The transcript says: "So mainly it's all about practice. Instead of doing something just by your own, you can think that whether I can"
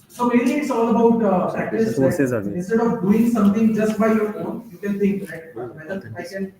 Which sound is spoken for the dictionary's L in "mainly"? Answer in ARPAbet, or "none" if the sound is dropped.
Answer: none